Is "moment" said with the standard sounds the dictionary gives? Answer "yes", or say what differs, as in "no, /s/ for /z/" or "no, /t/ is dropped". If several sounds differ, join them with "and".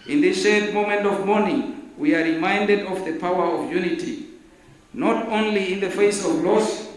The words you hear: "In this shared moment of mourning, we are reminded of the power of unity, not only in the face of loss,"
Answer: yes